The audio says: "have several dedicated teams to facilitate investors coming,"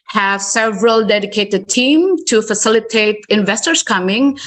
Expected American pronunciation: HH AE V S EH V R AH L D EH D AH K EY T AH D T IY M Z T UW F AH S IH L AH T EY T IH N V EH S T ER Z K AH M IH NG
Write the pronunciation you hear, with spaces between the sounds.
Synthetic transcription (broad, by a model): HH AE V S EH V R AH L D EH D AH K EY T AH D T IY M T UW F AH S IH L AH T EY T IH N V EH S T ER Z K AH M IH NG